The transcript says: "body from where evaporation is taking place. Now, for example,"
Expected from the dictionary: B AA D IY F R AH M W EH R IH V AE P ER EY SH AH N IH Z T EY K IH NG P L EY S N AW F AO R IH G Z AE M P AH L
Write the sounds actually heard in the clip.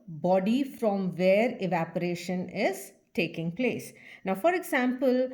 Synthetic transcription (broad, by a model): B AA D IY F R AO M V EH R IH V AE P ER EY SH AH N IH Z T EY K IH NG P L EY S N AW F AO R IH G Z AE M P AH L